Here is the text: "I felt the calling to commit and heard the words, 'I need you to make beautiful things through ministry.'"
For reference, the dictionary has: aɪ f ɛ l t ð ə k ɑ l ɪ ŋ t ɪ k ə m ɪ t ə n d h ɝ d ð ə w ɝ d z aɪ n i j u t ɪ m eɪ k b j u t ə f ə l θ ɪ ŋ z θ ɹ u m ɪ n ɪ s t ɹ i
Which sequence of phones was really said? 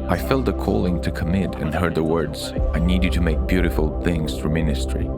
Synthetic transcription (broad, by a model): aɪ f ɛ l t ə k ɑ l ɪ ŋ t ɪ k ə m ɪ t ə n h ɝ d ð ə w ɝ d z aɪ n i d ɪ t ɪ m eɪ k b j u t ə f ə l θ ɪ ŋ z θ ɹ u m ɪ n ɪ s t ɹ i